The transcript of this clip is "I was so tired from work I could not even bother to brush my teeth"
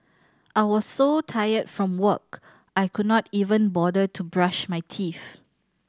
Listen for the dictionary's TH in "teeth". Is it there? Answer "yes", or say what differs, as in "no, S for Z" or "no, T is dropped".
no, F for TH